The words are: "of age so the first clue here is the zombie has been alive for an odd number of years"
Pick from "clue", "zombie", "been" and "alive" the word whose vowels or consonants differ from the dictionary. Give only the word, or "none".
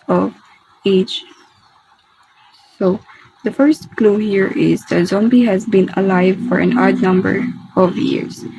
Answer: none